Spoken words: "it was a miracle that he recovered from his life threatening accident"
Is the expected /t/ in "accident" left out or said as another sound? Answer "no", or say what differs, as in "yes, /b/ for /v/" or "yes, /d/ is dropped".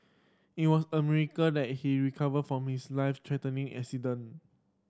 yes, /t/ is dropped